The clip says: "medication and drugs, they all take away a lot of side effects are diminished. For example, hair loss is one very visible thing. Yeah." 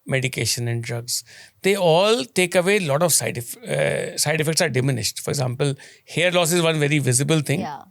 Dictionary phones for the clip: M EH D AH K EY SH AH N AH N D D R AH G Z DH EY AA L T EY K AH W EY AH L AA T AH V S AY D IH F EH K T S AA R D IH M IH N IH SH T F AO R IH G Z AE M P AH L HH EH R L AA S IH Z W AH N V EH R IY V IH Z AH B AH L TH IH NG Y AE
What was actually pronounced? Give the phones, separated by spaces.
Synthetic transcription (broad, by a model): M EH D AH K EY SH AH N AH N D D R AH G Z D EY AA L T EY K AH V EY L AA T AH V S AY D IH F EH K T S AA R D IH M IH N IH SH T F AO R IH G Z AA M P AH L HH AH R L AA S IH Z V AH N V EH R IY V IH Z AH B AH L T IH NG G